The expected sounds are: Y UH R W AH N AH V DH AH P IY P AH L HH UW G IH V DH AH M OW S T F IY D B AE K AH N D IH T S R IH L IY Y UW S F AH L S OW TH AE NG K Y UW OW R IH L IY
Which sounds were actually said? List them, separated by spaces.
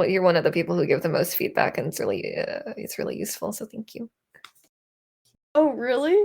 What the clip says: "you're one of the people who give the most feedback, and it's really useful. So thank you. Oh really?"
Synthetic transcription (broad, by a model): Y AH R W AH N AH V DH AH P IY P L HH UW G IH V DH AH M OW S T F IY D B AE K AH N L IH T S R IH L IY Y UW S F L S OW TH AE NG K Y UW OW R IH L IY